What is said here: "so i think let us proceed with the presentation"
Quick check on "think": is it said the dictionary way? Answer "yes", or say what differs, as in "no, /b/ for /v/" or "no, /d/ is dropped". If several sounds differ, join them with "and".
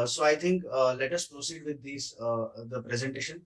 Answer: no, /t/ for /θ/